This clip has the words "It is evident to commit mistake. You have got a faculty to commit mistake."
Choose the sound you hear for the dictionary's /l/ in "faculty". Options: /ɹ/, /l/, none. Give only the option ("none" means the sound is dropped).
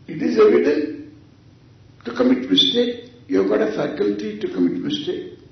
/l/